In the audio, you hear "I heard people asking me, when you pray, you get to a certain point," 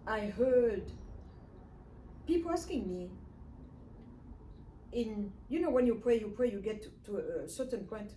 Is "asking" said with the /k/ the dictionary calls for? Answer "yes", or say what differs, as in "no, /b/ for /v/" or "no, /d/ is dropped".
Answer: yes